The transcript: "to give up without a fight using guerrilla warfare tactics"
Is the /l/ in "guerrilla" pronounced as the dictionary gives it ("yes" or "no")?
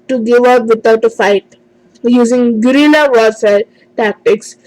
no